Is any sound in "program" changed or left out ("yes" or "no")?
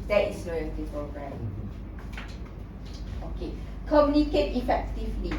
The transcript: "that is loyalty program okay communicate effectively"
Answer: yes